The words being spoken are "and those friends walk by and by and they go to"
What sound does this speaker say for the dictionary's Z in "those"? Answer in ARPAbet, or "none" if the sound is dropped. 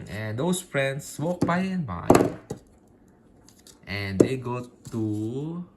S